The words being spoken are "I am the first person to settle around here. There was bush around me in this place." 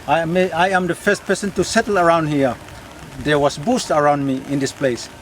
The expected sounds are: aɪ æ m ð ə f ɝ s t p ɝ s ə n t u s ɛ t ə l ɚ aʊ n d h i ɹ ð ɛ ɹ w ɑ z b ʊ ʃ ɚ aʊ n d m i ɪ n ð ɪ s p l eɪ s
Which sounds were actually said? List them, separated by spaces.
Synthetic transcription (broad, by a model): aɪ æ m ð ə f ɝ s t p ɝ s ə n t u s ɛ t ə l ɚ aʊ n d h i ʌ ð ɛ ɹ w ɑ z b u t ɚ aʊ n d m i ɪ n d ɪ s p l eɪ s